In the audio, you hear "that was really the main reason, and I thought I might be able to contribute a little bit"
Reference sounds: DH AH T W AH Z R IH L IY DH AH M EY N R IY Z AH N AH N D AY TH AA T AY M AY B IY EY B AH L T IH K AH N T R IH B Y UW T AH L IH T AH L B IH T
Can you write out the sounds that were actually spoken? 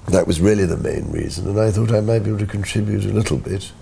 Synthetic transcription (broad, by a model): DH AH T W AH Z R IH L IY DH AH M EY N R IY Z AH N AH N AY TH AA T AY M AY B IY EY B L T IH K N T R IH B Y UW T AH L IH T L B IH T